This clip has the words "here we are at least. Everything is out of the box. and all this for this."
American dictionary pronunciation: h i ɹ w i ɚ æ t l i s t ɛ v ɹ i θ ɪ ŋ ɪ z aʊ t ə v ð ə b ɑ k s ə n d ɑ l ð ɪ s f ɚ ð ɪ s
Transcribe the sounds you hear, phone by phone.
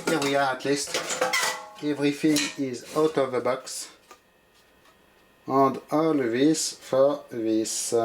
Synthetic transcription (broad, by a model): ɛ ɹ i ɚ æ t l i s t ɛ v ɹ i f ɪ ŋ ɪ z aʊ t ə v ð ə b ɑ k s ə n d ɑ l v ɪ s f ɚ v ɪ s